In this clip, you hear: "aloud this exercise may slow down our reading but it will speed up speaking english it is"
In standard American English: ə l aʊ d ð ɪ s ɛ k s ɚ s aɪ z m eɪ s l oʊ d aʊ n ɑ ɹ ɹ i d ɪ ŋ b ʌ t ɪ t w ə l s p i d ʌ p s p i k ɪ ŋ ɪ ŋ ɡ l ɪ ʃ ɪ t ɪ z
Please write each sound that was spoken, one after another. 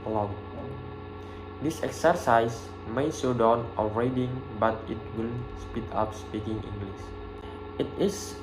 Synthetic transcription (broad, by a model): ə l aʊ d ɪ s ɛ k s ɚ s aɪ s m eɪ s oʊ d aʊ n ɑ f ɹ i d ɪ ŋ b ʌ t ɪ t w ə l s p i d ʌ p s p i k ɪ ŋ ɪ ŋ ɡ l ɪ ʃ ɪ t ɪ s